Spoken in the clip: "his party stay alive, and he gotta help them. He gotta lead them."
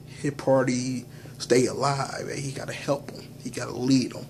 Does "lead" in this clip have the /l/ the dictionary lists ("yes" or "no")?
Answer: yes